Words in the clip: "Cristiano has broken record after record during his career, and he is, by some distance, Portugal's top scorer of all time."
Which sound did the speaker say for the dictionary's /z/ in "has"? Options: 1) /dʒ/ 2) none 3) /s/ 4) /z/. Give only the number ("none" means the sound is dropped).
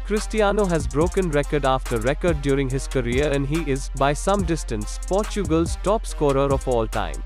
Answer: 4